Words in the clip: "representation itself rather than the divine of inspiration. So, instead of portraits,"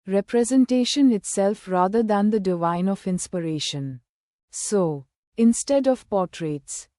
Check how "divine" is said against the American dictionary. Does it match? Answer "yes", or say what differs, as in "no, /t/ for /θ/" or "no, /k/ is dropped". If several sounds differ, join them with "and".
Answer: yes